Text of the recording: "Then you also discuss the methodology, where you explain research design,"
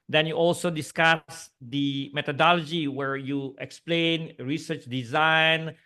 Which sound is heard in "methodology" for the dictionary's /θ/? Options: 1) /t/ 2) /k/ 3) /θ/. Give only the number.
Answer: 1